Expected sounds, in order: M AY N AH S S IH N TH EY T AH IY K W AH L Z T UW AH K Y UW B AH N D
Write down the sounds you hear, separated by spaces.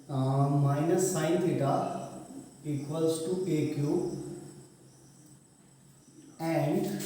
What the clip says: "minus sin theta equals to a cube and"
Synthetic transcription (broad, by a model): M AY N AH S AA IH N T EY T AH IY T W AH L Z T UW AH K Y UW AH N D